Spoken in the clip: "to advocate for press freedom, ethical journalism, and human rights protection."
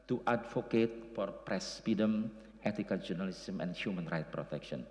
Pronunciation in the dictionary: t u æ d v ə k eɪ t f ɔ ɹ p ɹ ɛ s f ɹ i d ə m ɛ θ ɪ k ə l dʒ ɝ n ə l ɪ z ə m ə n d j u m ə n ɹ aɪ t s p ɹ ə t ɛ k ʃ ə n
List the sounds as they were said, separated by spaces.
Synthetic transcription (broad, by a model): t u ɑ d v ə k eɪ t f ɔ ɹ p ɹ ɛ s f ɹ i d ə m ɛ t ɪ k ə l dʒ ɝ n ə l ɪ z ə m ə n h j u m ə n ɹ aɪ t p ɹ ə t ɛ k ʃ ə n